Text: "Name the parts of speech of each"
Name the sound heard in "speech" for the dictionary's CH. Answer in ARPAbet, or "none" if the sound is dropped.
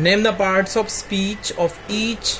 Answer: CH